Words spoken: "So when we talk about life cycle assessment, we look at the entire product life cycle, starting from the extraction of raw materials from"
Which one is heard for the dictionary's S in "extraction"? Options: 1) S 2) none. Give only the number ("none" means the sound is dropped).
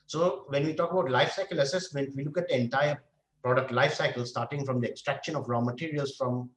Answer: 1